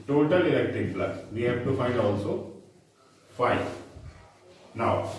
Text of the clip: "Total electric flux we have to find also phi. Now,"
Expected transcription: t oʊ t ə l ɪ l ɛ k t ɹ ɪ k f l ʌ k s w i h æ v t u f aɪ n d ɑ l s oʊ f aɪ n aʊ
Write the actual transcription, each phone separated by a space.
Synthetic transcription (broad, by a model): t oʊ t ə l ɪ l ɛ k t ɪ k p l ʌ s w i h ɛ p t u f aɪ n d ɑ l s oʊ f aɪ n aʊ